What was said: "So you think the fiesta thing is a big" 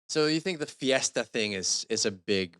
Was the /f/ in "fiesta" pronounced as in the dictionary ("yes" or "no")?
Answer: yes